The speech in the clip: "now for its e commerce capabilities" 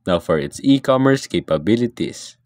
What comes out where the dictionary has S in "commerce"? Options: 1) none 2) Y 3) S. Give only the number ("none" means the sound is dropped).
3